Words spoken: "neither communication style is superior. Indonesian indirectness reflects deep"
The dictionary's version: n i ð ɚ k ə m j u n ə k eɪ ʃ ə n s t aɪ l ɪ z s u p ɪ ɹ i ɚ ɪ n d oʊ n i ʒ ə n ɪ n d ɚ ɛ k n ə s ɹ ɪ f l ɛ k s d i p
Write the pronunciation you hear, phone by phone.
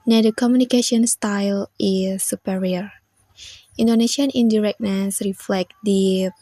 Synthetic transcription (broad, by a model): n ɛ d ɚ k ə m j u n ə k eɪ ʃ ə n s t aɪ l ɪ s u p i ɹ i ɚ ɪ n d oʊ n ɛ ʃ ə n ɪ n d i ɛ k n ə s ɹ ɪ f l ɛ k d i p